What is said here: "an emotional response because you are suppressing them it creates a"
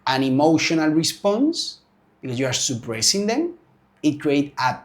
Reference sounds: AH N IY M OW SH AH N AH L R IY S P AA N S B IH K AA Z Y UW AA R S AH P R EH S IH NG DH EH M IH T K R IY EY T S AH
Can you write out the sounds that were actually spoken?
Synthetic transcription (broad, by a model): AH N IY M OW SH AH N AH L R IY S P AA N S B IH K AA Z Y UW AA R S AH P R EH S IH NG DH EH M IH T K R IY EY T AH